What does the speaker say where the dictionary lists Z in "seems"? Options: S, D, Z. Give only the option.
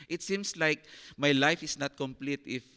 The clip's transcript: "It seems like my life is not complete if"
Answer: S